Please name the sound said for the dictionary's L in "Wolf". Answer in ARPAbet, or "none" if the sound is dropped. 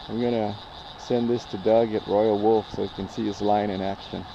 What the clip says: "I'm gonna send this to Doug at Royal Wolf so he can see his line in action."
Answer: L